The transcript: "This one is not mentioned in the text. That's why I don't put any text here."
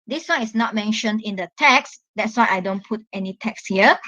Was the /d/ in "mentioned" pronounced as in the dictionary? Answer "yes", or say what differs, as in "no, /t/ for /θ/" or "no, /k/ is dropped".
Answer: yes